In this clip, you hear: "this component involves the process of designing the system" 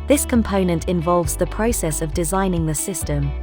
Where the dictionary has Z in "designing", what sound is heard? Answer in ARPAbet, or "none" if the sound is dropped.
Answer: Z